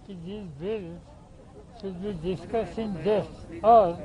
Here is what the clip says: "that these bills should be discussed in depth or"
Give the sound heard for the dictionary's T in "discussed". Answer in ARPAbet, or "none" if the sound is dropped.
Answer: none